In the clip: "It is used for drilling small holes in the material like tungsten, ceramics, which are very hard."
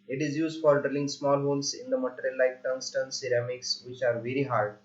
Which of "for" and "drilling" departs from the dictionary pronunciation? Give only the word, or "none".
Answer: none